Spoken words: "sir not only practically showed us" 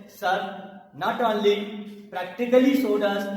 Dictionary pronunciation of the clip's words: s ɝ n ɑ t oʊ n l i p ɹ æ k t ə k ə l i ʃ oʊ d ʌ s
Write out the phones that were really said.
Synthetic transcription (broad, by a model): s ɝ n ɑ t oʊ n l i p ɹ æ k t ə k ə l i s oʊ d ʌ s